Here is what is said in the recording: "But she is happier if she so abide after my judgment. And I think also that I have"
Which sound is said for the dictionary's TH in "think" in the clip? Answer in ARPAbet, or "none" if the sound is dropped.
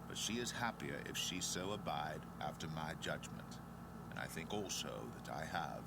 TH